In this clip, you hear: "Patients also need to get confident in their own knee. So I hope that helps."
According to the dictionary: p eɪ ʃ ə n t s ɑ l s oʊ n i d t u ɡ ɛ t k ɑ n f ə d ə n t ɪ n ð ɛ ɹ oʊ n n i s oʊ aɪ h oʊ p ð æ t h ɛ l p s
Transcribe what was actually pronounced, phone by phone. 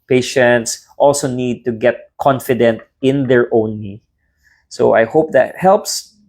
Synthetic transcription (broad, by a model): p eɪ ʃ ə n t s ɑ l s oʊ n i d t u ɡ ɛ t k ɑ n f ə d ə n t ɪ n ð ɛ ɹ oʊ n l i s oʊ aɪ h oʊ p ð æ t h ɛ l p s